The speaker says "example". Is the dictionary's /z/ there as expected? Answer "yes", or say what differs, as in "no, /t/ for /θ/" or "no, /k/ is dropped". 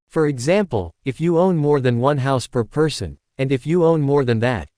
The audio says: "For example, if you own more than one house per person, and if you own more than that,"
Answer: yes